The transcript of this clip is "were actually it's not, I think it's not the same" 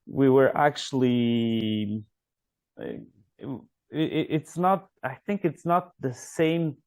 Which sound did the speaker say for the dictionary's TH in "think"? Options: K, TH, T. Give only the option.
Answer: TH